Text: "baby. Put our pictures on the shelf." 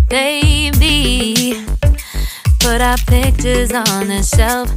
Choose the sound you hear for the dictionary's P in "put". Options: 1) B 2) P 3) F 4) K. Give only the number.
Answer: 1